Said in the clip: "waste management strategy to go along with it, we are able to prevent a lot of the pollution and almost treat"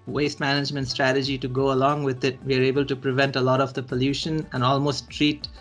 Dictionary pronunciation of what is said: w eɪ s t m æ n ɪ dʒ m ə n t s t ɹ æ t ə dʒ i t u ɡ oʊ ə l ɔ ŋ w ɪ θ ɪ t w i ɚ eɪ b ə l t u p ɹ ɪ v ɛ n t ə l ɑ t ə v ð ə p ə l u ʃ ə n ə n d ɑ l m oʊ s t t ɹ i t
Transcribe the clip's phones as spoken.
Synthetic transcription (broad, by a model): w eɪ s t m æ n ɪ dʒ m ə n t s t ɹ æ t ə dʒ i t u ɡ oʊ ə l ɔ ŋ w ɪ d ɪ t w i ɚ eɪ b ə l t u p ɹ ɪ v ɛ n t ə l ɑ t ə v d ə p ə l u ʃ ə n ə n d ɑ l m oʊ s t t ɹ i t